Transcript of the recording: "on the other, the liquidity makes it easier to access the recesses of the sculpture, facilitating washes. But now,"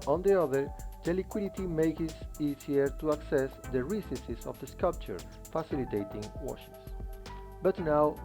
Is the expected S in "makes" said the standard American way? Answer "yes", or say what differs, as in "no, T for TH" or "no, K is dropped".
no, S is dropped